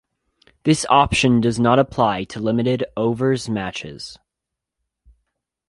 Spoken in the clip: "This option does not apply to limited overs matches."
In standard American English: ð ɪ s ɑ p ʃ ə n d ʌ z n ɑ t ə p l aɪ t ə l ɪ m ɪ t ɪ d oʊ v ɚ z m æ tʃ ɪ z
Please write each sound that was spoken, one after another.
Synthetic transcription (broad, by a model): ð ɪ s ɑ p ʃ ə n d ʌ z n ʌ t ə p l aɪ t ə l ɪ m ɪ t ɪ d oʊ v ɚ z m æ tʃ ɪ z